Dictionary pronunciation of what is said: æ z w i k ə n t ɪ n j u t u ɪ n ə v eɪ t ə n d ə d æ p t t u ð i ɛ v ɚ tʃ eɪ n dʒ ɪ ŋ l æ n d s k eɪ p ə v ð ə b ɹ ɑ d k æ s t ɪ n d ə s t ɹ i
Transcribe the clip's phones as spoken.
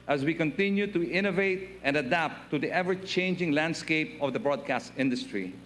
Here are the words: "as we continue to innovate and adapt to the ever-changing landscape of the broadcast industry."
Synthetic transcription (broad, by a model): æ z w i k ə n t ɪ n j u t u ɪ n ə v eɪ t ə n d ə d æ p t t u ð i ɛ v ɚ tʃ eɪ n dʒ ɪ ŋ l æ n d s k eɪ p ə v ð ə b ɹ ɑ d k æ s t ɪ n d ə s t ɹ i